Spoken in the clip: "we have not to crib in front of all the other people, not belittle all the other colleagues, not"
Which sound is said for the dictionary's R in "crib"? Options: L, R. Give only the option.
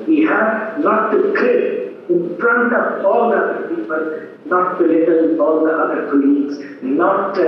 L